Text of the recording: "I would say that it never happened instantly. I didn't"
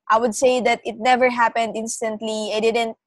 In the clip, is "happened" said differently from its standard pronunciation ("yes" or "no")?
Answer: no